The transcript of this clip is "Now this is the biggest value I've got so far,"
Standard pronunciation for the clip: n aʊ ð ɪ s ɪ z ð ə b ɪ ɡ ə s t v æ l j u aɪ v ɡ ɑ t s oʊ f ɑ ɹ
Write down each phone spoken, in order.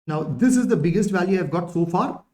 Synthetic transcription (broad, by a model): n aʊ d ɪ s ɪ z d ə b ɪ ɡ ə s t v æ l j u aɪ v ɡ ɑ t s oʊ f ɑ ɹ